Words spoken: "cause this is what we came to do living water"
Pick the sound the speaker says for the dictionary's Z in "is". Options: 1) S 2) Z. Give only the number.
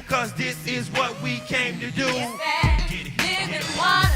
2